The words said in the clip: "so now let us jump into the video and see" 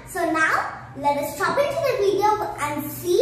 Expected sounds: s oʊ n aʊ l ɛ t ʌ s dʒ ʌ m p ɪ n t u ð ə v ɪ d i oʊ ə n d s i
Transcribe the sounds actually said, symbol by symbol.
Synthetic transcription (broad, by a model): s oʊ n aʊ l ɛ t ʌ s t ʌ p ɪ n t u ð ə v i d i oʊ ə n d s i